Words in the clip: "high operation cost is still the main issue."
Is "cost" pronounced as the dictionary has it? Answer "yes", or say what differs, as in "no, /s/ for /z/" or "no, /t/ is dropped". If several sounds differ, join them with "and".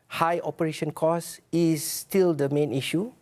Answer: no, /t/ is dropped